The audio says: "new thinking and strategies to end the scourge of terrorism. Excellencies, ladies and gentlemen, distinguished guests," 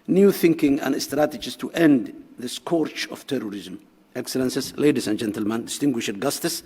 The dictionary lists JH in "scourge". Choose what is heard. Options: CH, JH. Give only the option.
CH